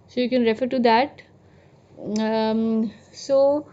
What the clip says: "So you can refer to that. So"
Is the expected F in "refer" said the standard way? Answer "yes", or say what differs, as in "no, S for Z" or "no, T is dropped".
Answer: yes